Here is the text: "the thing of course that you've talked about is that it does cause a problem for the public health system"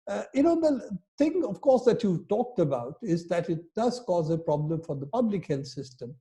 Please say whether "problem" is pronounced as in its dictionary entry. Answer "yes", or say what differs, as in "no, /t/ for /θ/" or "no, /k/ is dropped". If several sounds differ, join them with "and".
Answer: yes